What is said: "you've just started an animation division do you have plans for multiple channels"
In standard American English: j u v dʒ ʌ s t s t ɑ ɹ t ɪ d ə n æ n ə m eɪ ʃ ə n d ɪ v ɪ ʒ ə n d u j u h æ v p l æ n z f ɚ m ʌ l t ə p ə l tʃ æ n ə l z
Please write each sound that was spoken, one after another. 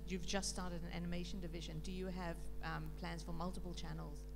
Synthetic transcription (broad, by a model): j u v dʒ ʌ s t s t ɑ ɹ t ɪ d ə n æ n ə m eɪ ʃ ə n d ɪ v ɪ ʒ ə n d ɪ j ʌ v p l æ n z f ɚ m ʌ l t ə p ə l tʃ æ n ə l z